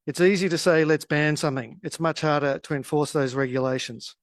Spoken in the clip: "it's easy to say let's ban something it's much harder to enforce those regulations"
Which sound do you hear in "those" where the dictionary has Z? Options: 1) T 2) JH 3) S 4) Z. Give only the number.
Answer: 4